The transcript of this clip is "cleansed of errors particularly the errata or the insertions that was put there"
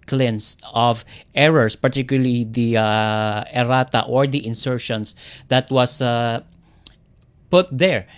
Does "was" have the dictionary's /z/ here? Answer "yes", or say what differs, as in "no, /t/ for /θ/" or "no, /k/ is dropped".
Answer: no, /s/ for /z/